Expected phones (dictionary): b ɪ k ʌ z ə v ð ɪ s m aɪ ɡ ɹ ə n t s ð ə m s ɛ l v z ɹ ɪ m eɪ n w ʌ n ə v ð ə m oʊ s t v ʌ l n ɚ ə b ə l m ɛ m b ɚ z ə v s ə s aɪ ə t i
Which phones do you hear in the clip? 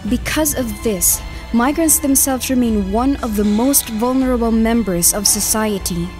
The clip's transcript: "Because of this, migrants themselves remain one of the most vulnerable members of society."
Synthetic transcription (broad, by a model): b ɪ k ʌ z ə v ð ɪ s m aɪ ɡ ɹ ə n t s ð ə m s ɛ l v z ɹ ɪ m eɪ n w ʌ n ə v ð ə m oʊ s t v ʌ l n ɚ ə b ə l m ɛ m b ɚ z ə v s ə s aɪ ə t i